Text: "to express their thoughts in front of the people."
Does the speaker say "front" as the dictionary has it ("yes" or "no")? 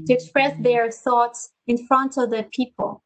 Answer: yes